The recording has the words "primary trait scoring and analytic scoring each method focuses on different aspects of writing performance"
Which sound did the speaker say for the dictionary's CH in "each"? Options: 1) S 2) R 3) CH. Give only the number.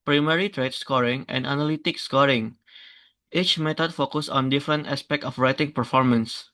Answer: 3